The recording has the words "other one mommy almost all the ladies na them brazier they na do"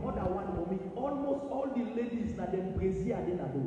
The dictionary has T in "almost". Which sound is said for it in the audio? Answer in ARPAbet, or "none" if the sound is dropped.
T